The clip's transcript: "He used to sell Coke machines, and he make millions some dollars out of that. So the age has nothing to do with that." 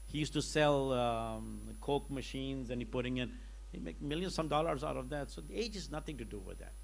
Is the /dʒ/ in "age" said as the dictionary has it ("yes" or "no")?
yes